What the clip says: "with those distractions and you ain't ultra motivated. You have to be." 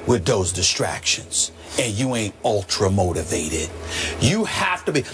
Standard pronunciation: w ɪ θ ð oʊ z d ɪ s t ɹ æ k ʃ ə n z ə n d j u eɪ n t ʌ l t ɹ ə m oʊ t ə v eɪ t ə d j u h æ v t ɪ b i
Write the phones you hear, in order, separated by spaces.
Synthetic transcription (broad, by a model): w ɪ ð oʊ z d ɪ s t ɹ æ k ʃ ə n z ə n j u eɪ n t ʌ l t ɹ ə m oʊ t ə v eɪ t ə d j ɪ h æ f t ɪ b i